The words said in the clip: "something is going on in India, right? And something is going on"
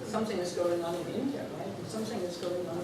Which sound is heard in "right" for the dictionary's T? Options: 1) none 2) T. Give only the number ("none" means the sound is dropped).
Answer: 1